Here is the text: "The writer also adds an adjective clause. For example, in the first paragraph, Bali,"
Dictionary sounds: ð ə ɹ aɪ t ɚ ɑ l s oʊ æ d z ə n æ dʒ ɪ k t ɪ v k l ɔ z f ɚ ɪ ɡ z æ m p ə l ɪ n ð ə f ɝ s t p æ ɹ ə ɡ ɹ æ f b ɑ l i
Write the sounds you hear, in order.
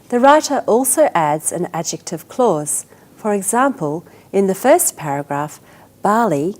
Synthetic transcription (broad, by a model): ð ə ɹ aɪ t ɚ ɑ l s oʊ æ d z ə n æ dʒ ɪ k t ɪ v k l ɔ z f ɚ ɪ ɡ z æ m p ə l ɪ n ð ə f ɝ s p æ ɹ ə ɡ ɹ æ f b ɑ l i